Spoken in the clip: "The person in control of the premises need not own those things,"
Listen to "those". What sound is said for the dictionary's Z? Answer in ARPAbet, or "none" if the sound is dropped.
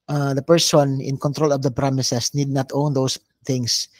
S